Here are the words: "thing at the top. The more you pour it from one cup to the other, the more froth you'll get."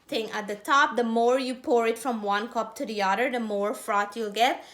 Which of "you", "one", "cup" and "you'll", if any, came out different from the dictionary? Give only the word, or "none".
none